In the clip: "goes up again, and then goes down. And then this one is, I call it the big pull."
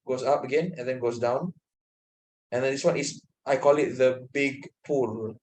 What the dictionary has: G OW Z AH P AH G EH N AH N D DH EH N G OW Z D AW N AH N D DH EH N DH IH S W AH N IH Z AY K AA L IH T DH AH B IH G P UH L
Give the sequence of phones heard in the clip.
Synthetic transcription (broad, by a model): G OW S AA P AH G EH N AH N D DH EH N G OW S D AW N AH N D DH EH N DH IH S W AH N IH S AY K AA L IH T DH AH B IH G P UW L